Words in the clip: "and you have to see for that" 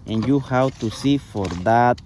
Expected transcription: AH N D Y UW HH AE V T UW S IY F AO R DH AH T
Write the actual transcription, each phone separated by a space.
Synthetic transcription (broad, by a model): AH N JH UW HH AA W T UW S IY F AO R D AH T